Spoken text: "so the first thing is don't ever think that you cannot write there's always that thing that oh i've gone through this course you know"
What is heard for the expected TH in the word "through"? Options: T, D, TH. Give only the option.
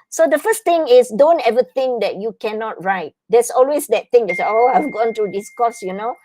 T